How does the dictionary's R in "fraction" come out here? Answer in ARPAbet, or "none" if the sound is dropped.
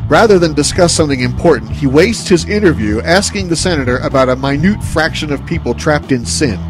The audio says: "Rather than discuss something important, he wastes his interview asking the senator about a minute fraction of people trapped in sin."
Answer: R